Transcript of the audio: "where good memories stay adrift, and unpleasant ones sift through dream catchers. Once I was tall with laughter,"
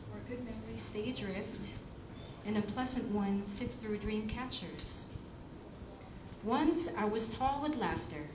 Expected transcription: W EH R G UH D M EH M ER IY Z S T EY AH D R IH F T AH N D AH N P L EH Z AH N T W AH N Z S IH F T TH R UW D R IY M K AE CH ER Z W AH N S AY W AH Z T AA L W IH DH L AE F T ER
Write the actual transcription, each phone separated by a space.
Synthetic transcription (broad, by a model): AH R G UH D M EH M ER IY S T EY AH D R IH F T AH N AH P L EH Z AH N T W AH N S IH T TH R UW D R IY M K AE CH ER Z W AH N S AY W AH Z T AA L W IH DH L AE F T ER